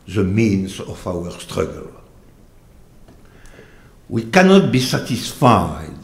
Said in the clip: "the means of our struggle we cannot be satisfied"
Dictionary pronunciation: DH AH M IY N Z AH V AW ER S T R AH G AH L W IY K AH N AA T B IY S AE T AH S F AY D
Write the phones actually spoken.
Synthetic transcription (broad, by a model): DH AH M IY N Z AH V AW ER S T R AH G AH L W IY K AH N AA T B IY S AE T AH S F AY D